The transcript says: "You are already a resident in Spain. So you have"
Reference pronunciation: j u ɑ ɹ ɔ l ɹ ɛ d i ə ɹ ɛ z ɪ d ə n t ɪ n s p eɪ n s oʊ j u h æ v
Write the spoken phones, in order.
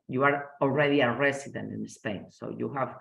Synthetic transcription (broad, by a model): j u ɑ ɹ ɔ l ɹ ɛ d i ə ɹ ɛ s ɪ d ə n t ɪ n s p eɪ n s oʊ j u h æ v